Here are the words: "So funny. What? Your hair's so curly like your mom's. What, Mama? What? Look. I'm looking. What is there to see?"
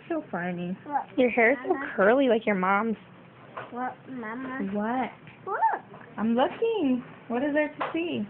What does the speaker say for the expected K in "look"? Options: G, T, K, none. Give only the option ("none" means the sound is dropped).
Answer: none